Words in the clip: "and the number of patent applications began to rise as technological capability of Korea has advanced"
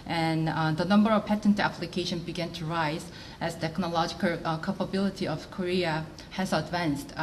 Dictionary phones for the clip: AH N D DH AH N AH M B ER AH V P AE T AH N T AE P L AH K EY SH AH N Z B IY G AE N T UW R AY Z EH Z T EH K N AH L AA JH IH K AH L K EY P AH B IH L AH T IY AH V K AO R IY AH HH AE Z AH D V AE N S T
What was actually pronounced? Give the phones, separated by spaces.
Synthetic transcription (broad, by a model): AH N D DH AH N AH M B ER AH V P AE T AH N T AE P L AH K EY SH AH N B IY G AE N T UW R AY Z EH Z T EH K N AH L AA JH IH K AH L K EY P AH B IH L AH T IY AH V K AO R IY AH HH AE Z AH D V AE N S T